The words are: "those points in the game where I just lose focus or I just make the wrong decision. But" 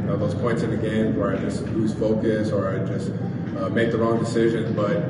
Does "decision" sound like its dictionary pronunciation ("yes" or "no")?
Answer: yes